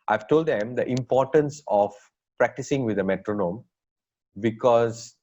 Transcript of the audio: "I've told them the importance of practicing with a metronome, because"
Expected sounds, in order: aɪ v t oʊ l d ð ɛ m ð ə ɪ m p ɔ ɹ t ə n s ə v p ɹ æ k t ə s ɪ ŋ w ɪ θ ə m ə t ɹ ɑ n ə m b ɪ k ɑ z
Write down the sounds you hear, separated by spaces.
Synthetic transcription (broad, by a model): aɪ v t oʊ l d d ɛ m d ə ɪ m p ɔ ɹ t ə n s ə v p ɹ æ k t ə s ɪ ŋ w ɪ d ə m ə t ɹ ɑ n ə m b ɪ k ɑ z